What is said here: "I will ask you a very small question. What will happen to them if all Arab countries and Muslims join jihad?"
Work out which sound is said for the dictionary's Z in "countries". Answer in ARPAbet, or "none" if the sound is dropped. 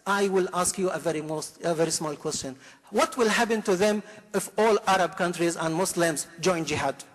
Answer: Z